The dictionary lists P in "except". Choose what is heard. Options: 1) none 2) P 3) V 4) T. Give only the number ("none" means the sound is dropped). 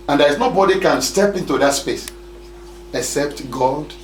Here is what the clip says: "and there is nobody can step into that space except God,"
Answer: 2